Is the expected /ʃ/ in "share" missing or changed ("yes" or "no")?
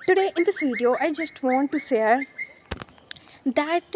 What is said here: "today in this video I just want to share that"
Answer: yes